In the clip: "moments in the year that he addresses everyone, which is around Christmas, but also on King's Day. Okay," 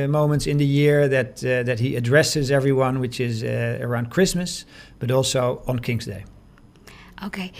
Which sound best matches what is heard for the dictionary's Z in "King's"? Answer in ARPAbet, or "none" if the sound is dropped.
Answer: Z